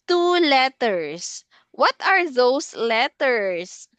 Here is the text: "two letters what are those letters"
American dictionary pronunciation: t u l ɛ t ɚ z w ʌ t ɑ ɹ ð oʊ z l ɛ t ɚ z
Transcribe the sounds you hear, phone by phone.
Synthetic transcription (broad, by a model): t u l ɛ t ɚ s w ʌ t ɑ ɹ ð oʊ s l ɛ t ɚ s